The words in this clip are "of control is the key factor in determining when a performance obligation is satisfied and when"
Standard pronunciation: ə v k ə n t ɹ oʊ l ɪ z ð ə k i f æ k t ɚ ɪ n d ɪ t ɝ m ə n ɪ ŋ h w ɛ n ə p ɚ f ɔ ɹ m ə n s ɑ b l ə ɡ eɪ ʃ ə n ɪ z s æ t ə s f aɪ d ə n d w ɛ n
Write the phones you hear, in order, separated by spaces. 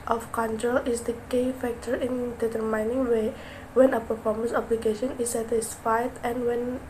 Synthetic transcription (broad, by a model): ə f k ə n t ɹ oʊ l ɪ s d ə k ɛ f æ k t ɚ ɪ n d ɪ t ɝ m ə n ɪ ŋ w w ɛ n ə p ɚ f ɔ ɹ m ə n s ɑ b l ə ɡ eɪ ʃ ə n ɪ s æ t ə s f aɪ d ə n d w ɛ n